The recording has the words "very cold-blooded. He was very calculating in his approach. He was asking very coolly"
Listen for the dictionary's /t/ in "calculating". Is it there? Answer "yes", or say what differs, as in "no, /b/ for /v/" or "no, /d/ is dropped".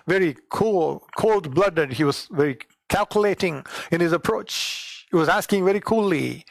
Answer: yes